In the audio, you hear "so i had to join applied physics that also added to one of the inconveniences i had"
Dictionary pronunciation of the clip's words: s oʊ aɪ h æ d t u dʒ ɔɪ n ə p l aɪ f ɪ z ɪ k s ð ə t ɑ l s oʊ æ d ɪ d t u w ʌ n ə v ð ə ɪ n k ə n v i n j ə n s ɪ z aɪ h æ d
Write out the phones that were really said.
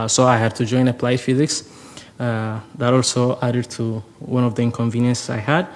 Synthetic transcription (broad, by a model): s oʊ aɪ h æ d t u dʒ ɔɪ n ə p l aɪ f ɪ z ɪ k s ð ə t ɑ l s oʊ æ d ɪ d t u w ʌ n ə v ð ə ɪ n k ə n v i n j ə n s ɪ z aɪ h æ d